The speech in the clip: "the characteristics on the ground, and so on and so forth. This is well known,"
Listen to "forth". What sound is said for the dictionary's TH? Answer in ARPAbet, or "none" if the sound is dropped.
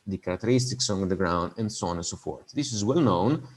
T